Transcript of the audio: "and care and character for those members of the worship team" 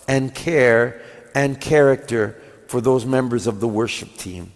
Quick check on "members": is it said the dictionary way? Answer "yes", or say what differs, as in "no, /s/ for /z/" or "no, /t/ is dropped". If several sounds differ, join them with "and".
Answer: yes